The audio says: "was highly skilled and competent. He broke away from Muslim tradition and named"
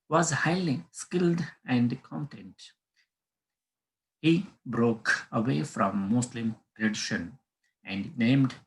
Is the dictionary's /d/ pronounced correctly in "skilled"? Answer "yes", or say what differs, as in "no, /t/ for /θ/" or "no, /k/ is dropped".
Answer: yes